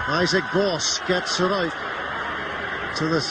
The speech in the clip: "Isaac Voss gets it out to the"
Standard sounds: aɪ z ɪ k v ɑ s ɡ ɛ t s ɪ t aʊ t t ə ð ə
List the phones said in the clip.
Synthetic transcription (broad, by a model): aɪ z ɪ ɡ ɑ s ɡ ɛ t s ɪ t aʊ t t ə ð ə